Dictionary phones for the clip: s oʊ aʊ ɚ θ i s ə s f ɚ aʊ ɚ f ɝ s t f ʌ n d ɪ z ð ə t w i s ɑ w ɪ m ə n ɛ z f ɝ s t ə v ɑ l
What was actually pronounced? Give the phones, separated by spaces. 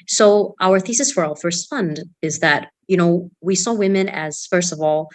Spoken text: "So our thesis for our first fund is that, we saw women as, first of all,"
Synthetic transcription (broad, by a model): s oʊ aʊ ɚ θ i s ə s f ɚ aʊ ɚ f ɝ s t f ʌ n d ɪ z ð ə t w i s ɑ w ɪ m ə n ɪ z f ɝ s t ə v ɑ l